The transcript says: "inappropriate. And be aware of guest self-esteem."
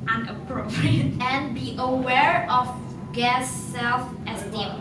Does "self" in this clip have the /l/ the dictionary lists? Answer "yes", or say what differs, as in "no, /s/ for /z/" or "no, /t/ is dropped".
yes